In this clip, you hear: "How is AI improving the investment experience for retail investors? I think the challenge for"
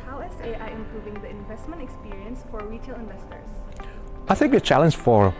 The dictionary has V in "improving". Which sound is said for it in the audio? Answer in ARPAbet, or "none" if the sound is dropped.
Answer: V